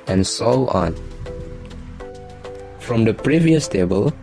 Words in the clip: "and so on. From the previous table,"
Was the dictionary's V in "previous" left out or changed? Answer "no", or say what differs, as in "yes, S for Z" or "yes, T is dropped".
no